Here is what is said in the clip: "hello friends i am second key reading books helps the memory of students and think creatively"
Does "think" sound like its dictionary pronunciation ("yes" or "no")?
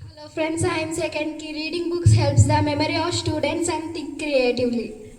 no